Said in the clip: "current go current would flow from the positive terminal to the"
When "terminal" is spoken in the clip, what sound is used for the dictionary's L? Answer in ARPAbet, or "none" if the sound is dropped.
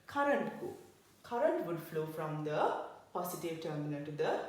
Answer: N